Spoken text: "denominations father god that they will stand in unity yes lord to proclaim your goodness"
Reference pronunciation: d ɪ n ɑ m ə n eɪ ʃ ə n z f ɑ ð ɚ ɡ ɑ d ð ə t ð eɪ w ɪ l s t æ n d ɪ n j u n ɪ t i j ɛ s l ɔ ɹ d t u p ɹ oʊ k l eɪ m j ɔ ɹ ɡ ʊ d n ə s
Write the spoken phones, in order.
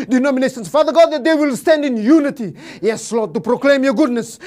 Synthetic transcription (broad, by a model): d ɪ n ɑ m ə n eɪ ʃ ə n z f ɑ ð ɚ ɡ ɑ d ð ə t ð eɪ w ɪ l s t æ n d ɪ n j u n ɪ t i j ɛ s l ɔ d t u p ɹ oʊ k l eɪ m j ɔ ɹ ɡ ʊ d n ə s